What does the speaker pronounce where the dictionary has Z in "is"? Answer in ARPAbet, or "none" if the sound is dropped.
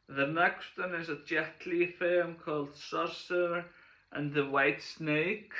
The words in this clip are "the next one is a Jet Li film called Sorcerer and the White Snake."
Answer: Z